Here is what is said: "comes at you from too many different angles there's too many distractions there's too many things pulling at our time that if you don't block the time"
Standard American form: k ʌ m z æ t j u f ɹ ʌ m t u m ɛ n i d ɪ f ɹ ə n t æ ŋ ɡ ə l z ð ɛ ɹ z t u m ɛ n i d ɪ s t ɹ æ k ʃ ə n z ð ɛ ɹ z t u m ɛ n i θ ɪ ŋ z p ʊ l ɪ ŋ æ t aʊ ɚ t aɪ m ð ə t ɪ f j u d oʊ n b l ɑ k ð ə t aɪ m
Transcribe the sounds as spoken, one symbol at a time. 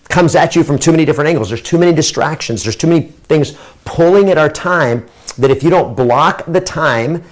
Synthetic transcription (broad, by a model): k ʌ m z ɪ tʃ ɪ f ɹ ʌ m t u m ɛ n i d ɪ f ɹ ə n t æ ŋ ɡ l z ð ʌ ɹ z t u m ɛ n i d ɪ s t ɹ æ k ʃ ə n z ð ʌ ɹ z t u m ɛ n i θ ɪ ŋ z p ʊ l ɪ ŋ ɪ t aʊ ɚ t aɪ m ð ə t ɪ f j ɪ d oʊ n b l ɑ k ð ə t aɪ m